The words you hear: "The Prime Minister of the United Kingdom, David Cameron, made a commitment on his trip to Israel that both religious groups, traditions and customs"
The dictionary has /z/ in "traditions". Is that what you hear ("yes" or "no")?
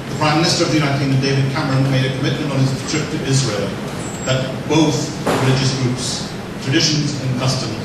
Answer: yes